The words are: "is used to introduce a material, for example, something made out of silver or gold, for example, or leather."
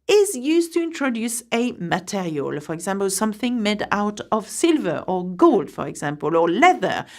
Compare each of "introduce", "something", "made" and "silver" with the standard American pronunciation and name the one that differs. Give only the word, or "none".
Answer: none